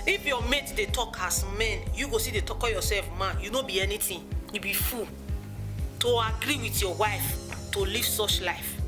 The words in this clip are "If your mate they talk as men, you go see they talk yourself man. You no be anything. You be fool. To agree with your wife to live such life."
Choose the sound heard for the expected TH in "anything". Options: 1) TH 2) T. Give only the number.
2